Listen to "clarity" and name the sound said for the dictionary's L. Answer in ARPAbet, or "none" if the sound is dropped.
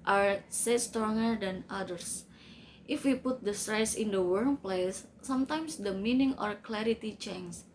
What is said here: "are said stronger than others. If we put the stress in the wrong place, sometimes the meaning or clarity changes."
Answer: L